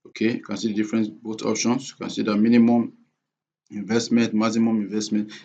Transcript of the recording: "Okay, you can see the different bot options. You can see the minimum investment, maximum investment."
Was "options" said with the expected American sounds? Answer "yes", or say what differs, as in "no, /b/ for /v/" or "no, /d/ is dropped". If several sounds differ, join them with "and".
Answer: no, /s/ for /z/